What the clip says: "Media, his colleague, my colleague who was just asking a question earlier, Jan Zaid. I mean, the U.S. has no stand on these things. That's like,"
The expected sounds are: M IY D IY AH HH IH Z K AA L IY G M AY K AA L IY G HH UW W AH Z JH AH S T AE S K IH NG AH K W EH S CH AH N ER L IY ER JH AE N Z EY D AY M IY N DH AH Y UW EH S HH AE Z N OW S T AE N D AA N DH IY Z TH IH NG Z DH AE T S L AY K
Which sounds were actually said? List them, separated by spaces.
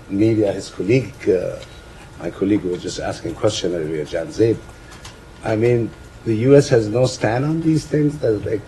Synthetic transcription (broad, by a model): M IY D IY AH HH IH Z K AA L IY G M AY K AA L IY G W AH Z JH AH S T AE S K IH NG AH K W EH S CH AH N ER IY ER JH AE N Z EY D AY M IY N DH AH Y UW EH S HH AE Z N OW S T AE N D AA N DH IY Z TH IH NG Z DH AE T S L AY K